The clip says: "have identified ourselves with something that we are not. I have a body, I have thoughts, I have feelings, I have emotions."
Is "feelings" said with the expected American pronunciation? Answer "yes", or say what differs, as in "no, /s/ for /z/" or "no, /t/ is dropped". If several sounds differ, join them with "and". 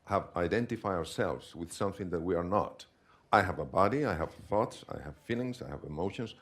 no, /s/ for /z/